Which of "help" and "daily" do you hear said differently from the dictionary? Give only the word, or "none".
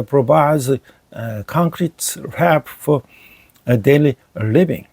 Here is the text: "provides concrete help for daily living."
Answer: help